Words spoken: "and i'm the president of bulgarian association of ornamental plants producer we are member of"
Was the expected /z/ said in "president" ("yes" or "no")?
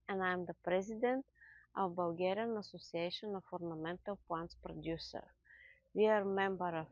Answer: yes